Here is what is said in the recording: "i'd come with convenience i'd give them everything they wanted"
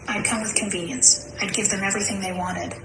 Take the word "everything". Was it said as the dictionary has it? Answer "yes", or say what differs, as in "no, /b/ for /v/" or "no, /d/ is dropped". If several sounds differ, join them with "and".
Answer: yes